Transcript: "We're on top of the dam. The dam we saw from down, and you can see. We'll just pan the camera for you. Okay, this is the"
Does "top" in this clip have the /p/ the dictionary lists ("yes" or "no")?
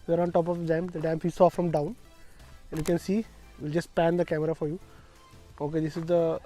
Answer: yes